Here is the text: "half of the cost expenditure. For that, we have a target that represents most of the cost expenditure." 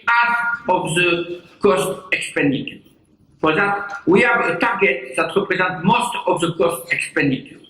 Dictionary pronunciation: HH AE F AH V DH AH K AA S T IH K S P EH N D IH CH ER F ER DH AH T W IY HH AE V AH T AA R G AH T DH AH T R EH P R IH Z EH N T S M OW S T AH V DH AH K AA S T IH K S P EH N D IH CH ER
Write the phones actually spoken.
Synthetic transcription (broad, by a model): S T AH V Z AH K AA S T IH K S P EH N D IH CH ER P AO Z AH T W IY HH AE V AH T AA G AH T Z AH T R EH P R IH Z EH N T M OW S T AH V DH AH K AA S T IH K S P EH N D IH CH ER